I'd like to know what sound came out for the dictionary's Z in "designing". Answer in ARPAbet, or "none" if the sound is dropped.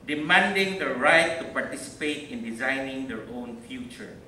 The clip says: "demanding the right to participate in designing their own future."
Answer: Z